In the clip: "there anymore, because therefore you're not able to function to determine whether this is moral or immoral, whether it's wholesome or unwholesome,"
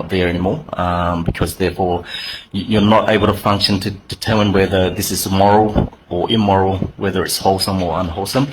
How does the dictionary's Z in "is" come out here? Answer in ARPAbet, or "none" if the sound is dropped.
Z